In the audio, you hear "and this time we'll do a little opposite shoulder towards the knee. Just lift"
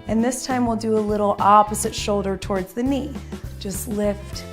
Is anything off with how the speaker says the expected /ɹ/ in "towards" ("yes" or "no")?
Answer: no